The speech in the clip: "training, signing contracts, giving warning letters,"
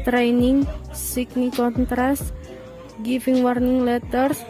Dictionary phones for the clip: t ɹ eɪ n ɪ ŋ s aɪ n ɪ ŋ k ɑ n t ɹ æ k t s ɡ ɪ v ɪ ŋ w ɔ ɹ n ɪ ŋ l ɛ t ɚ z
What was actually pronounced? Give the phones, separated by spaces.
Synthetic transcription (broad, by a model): t ɹ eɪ n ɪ ŋ s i n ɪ k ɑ n t ɹ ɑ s t ɡ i f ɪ ŋ w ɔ ɹ n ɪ ŋ l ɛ t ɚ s